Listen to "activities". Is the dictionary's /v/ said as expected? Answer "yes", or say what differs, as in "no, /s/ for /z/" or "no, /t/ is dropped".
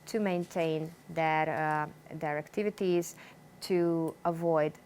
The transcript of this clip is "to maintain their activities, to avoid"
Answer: yes